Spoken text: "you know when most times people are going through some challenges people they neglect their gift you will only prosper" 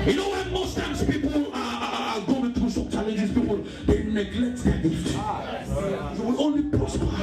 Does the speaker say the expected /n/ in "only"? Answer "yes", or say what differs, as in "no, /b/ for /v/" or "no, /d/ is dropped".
yes